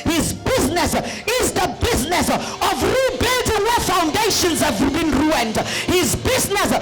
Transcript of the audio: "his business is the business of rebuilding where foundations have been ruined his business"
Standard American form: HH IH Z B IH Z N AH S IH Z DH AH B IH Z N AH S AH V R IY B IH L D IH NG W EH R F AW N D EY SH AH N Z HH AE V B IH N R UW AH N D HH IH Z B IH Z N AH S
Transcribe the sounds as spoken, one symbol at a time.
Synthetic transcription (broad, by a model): HH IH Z B IH Z N AH S IH Z DH AH B IH Z N AH S AH V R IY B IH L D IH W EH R F AW N D EY SH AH N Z HH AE V B IH N R UW AH N D HH IH Z B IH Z N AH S